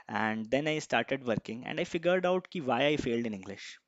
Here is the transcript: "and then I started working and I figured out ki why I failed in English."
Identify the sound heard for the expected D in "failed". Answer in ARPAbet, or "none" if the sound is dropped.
D